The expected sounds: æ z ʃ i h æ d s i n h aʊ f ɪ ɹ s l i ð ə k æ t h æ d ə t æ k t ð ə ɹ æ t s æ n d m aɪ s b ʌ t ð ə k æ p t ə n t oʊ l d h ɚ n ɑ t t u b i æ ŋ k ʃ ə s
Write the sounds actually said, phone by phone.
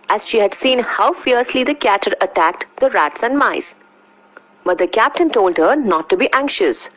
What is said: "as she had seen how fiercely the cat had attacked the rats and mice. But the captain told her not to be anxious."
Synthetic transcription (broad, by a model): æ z ʃ i h æ d s i n h aʊ f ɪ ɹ s l i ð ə k æ t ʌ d ə t æ k t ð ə ɹ æ t s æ n d m aɪ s b ʌ t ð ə k æ p t ə n t oʊ l d h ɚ n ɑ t t u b i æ ŋ k ʃ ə s